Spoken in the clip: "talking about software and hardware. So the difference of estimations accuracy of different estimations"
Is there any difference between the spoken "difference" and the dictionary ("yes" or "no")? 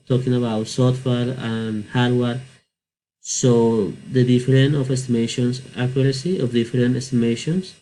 yes